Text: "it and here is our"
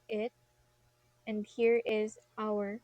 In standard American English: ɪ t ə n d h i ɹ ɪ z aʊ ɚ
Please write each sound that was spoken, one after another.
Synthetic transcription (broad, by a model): ɪ t ə n d h i ɹ ɪ z aʊ ɚ